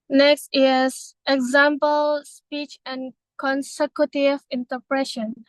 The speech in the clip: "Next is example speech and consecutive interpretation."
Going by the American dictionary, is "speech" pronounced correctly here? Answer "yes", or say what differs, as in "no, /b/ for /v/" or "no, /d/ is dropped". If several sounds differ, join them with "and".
yes